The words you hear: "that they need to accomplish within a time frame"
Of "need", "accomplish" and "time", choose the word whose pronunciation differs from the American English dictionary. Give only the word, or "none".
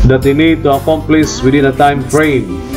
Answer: accomplish